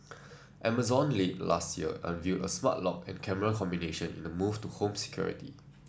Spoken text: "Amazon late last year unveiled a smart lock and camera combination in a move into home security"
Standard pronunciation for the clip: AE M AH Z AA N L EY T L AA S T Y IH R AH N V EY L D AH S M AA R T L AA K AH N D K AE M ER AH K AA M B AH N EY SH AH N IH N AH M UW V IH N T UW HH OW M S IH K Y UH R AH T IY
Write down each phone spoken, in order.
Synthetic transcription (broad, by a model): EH M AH Z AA N L EY T L AA S T Y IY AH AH N V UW D AH S M AA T L AA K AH N K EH M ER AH K AA M B AH N EY SH AH N IH N AH M UW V T UW HH OW M S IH K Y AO R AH T IY